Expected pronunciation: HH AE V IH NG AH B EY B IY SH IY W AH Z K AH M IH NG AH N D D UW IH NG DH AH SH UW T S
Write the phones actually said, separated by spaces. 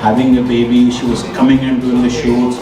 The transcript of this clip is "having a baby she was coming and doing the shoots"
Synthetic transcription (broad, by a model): HH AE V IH NG AH B EY B IY SH IY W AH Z K AH M IH NG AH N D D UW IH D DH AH SH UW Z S